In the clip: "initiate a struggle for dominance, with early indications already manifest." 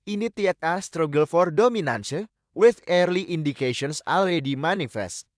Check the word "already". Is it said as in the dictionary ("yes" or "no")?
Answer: no